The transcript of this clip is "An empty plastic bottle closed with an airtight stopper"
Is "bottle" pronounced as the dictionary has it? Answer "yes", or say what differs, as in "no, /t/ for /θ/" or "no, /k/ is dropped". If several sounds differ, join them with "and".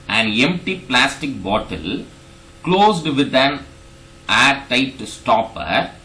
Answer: yes